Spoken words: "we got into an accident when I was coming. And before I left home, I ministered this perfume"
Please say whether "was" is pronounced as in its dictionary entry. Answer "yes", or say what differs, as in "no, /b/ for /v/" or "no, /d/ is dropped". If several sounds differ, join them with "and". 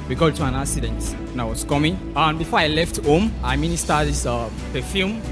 no, /s/ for /z/